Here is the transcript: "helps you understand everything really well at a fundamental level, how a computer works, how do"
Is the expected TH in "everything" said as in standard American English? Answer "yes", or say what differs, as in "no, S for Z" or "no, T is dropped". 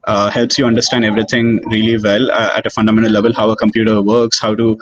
no, T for TH